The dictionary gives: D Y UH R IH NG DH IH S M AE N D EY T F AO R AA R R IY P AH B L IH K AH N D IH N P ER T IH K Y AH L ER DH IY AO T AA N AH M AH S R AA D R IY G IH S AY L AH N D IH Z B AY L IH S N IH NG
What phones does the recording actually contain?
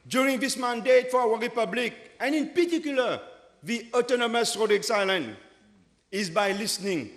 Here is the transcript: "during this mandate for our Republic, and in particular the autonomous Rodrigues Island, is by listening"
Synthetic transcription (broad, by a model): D Y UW R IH NG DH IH S M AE N D EY T F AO W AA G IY P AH B L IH K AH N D IH N P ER T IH K Y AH L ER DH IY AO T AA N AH M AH S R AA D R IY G S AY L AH N IH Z B AY L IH S N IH NG